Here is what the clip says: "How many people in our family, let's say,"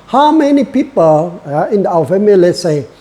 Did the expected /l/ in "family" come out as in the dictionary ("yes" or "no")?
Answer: no